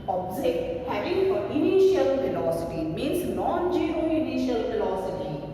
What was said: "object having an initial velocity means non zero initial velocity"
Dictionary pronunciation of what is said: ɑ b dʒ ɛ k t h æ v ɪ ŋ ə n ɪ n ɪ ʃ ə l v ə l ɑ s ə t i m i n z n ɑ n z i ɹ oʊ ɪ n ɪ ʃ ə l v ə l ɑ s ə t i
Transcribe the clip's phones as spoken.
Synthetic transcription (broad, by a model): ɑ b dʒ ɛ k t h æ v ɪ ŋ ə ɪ n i ʃ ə l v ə l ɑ s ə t i m i n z n ɑ n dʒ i oʊ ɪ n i ʃ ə l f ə l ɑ s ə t i